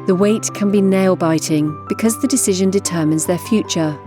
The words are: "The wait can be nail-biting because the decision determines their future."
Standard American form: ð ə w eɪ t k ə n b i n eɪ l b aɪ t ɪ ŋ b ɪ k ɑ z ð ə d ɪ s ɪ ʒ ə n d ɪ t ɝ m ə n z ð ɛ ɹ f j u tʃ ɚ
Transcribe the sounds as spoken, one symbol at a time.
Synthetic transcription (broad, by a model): ð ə w eɪ t k ə n b i n eɪ l b aɪ t ɪ ŋ b ɪ k ɑ z ð ə d ɪ s ɪ ʒ ə n d ɪ t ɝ m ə n z ð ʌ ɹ f j u tʃ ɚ